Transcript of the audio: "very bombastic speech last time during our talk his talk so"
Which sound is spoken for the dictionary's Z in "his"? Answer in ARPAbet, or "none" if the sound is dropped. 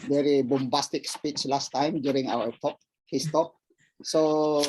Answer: S